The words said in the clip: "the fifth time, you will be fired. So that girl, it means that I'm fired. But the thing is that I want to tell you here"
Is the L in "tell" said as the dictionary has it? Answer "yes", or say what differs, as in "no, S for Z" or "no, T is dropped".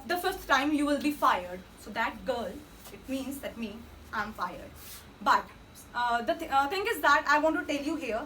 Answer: yes